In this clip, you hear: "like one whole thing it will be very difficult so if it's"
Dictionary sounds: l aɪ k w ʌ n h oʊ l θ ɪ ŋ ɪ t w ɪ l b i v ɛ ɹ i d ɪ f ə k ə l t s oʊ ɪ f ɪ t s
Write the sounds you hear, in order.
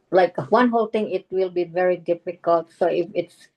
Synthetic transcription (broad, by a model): l aɪ k w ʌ n h oʊ l t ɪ ŋ ɪ t w ɪ l b i v ɛ ɹ i d ɪ f ə k ə l t s oʊ ɪ f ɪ t s